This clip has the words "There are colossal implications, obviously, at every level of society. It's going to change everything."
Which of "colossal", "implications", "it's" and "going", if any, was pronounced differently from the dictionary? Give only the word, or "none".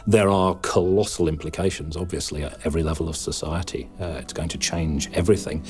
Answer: none